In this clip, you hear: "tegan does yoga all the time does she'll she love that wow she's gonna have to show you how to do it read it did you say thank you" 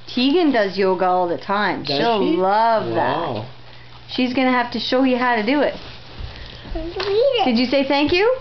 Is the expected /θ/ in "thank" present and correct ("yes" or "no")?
yes